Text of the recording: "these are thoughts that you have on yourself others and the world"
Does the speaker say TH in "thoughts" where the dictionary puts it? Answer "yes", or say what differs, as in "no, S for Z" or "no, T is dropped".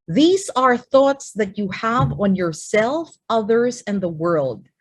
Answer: yes